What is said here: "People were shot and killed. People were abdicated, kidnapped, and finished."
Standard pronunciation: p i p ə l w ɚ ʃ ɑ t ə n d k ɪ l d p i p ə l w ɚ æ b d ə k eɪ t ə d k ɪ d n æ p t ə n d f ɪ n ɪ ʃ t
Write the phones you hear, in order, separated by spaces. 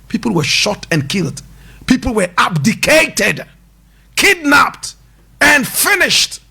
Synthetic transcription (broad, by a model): p i p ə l w ɚ ʃ ɑ t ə n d k ɪ l d p i p l w ɚ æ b d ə k eɪ t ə d k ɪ d n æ p t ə n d f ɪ n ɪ ʃ t